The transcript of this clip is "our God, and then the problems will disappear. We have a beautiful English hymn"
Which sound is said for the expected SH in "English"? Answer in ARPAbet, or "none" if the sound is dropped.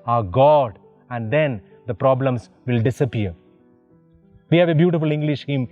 SH